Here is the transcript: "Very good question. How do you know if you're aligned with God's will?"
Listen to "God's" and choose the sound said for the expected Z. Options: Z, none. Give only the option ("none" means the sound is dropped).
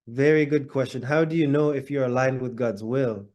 Z